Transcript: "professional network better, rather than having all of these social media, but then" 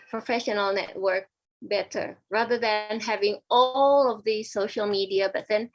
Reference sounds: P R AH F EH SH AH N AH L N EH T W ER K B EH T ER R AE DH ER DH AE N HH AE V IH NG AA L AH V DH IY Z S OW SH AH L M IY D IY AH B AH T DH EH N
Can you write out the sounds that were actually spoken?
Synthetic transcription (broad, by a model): P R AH F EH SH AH N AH L N EH T W ER K B EH T ER R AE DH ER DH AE N HH AE V IH NG AA L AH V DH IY S OW SH AH L M IY D IY AH B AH T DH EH N